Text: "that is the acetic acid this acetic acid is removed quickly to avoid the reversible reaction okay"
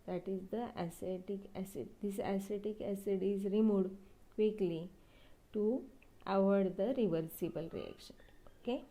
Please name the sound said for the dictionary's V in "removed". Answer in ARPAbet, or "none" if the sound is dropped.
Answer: none